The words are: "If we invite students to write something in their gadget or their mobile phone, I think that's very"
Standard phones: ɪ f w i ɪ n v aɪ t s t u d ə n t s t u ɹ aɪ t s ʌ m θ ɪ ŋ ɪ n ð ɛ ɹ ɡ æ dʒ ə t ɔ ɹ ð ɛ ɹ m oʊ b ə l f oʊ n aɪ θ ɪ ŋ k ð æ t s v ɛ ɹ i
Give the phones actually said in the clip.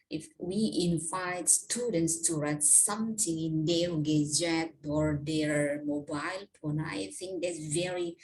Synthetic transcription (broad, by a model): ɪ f w i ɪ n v aɪ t s t u d ə n t s t u ɹ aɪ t s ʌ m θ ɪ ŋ ɪ n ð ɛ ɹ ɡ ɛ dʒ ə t ɔ ɹ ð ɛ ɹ m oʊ b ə l p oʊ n aɪ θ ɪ ŋ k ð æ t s v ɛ ɹ i